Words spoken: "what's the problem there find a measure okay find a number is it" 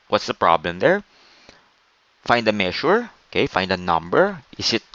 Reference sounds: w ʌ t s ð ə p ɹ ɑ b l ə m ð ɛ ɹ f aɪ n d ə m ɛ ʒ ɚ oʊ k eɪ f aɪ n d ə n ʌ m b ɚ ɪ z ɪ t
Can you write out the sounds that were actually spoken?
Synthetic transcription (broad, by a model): w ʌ t s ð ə p ɹ ɑ b l ə m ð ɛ ɹ f aɪ n d ə m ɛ ʃ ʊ oʊ k eɪ f aɪ n d ə n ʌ m b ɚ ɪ s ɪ t